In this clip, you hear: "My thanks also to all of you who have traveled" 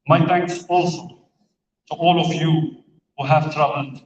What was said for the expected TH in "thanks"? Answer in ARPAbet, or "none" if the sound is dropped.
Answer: T